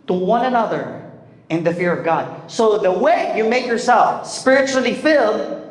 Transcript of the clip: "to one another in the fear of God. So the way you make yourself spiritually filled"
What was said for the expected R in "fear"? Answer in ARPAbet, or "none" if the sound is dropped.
R